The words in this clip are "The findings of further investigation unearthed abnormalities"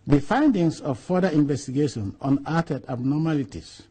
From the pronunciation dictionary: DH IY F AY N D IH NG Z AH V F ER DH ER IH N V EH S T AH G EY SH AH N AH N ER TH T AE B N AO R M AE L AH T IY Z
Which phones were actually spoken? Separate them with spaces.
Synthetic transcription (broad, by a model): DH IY F AY N D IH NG S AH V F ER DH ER IH N V EH S T AH G EY SH AH N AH N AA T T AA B N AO M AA L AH T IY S